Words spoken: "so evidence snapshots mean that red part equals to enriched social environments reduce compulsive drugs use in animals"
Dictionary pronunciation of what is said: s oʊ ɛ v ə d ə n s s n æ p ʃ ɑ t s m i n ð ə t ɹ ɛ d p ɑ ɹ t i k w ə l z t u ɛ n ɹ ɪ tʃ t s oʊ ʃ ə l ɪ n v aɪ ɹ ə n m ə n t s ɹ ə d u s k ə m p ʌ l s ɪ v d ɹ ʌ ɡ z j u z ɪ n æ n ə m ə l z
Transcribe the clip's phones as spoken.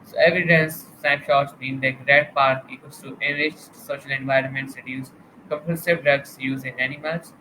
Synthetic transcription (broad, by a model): s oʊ ɛ v ə d ə n s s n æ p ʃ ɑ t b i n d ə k ɹ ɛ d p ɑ ɹ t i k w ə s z t u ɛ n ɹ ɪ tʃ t s oʊ ʃ ə l ɪ n v aɪ ɹ ə n m ə n t s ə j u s k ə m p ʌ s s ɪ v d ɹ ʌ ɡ s j u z ɪ n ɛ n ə m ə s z